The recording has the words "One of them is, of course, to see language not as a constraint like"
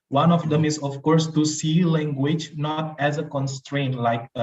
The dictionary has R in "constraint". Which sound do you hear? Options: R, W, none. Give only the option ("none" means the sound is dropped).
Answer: R